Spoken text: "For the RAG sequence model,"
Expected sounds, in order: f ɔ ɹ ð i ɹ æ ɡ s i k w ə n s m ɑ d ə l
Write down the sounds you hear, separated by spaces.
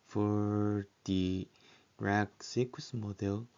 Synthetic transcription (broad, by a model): f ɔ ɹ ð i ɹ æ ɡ s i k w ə s m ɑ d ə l